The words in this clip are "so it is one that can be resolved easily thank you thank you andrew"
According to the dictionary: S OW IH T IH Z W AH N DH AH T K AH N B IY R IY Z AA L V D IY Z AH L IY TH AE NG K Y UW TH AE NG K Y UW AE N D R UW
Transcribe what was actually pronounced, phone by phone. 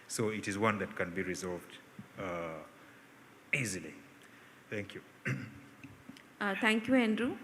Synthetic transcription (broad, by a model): S OW IH T IH Z W AH N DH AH T K AH N B IY R IY Z AA L V D IY Z AH L IY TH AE NG K Y UW T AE NG K Y UW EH N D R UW